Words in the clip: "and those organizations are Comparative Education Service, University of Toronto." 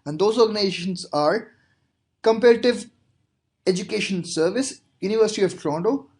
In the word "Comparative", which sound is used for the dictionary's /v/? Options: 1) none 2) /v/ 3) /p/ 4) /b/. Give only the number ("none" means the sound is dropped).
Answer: 2